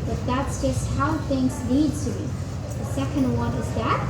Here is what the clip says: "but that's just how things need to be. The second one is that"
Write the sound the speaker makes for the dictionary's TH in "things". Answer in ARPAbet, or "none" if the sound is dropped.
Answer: TH